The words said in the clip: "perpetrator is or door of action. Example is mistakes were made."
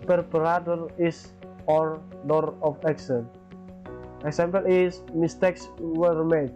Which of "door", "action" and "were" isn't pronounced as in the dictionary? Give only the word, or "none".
action